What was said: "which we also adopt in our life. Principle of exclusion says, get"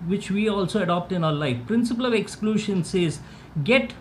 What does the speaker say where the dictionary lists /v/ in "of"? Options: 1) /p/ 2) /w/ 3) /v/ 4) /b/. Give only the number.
3